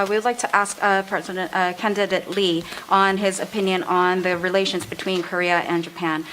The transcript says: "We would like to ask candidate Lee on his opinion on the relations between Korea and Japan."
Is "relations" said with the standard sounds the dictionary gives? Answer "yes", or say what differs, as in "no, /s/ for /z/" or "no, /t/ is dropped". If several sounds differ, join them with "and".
yes